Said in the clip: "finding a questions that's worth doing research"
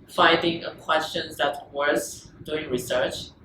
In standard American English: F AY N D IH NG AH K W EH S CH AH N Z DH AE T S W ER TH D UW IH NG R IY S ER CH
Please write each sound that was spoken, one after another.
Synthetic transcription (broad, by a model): F AY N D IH NG AH K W EH S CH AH N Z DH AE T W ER S D UW IH NG R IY S ER CH